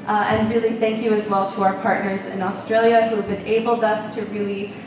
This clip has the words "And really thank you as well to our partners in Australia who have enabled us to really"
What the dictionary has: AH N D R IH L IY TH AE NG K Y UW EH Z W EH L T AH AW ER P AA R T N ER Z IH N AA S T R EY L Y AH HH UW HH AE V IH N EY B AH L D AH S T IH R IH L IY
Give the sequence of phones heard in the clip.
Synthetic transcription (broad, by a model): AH N R IH L IY TH AE NG K Y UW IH Z W EH L T AH AW ER P AA R T N ER Z IH N AA S T R EY L Y AH HH UW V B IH N EY B L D AH S T IH R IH L IY